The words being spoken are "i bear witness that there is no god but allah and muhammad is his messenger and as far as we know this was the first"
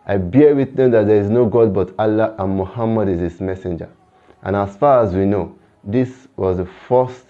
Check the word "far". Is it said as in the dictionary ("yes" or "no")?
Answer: yes